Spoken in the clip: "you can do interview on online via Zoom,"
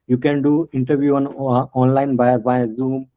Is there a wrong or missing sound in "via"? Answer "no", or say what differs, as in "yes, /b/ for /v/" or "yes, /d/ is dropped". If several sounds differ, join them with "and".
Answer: yes, /b/ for /v/